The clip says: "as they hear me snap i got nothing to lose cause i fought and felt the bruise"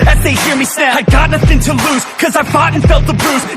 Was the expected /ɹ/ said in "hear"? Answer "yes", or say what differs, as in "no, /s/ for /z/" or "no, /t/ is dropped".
yes